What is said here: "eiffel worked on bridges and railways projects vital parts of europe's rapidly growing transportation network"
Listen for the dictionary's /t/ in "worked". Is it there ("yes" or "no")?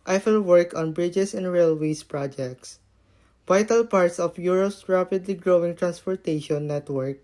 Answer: no